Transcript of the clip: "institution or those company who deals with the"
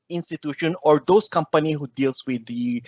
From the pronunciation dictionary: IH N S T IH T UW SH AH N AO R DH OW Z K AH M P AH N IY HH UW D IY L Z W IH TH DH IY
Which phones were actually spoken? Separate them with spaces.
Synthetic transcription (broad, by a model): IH N S T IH T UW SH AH N AO R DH OW S K AH M P AH N IY HH UW D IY L S W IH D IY